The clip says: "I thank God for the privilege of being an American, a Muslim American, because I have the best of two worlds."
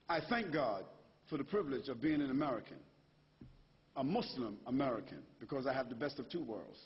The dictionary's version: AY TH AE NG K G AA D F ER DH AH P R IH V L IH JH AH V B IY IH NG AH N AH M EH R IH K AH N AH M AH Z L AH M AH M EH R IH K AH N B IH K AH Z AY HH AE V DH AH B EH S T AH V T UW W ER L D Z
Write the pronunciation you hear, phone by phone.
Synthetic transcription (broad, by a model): AY TH AE NG K G AA D F ER DH AH P R IH V L IH JH AH V B IY IH NG AH N AH M EH R IH K AH N AH M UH S L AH M AH M EH R IH K AH N B IH K AH Z AY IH V DH AH B EH S T AH V T UW W ER L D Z